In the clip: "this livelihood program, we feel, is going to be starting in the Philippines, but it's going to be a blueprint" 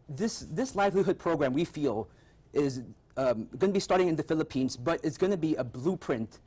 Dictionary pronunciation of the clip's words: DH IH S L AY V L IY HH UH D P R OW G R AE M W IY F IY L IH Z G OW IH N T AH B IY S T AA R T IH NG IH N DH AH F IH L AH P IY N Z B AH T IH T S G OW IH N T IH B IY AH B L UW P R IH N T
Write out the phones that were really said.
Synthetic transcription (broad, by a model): DH IH S L AY V L IY HH UH D P R OW G R AE M W IY F IY L IH Z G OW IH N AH B IY S T AA R T IH NG IH N DH AH F IH L AH P IY N Z B AH T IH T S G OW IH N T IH B IY AH B L UW P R IH N T